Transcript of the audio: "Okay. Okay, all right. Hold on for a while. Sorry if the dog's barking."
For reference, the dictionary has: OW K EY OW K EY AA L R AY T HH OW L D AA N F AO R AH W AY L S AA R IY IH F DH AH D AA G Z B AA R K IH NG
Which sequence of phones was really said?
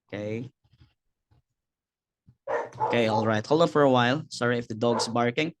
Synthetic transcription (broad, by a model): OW K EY OW K EY AA L R AY T HH OW L D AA F AO R AH W AY L S AA R IY IH F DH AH D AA G S B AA R K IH NG